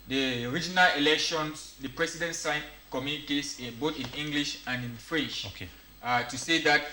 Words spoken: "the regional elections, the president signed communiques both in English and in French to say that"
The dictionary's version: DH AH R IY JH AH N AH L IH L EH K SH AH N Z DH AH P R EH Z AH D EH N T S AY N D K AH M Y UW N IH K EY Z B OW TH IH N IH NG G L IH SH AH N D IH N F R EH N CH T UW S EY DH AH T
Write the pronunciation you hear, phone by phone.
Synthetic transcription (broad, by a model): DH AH R IY JH AH N AH L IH L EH K SH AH N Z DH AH P R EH S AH D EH N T S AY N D K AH M Y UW N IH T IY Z B OW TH IH N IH NG G L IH SH AH N D IH N F R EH N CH T UW S EY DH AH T